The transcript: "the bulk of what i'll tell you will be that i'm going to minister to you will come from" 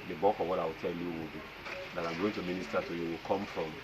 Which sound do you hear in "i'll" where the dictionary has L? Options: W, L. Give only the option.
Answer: W